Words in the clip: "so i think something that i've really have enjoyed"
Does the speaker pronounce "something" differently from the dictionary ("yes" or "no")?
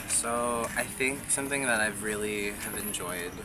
no